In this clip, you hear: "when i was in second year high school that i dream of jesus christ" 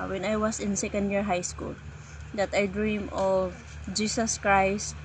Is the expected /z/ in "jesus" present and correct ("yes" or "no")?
no